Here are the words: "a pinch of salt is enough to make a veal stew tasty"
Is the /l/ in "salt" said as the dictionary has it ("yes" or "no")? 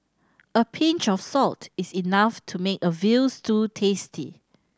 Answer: yes